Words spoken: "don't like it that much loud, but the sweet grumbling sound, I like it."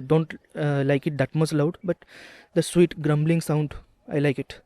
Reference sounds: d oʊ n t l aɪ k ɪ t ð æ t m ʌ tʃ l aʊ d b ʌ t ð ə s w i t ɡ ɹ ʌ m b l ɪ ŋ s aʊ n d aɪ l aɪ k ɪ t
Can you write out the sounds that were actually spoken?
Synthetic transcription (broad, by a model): d oʊ n t l aɪ k ɪ t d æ t m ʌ s l aʊ d b ʌ t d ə s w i t ɡ ɹ ʌ m b l ɪ ŋ s aʊ n d aɪ l aɪ k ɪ t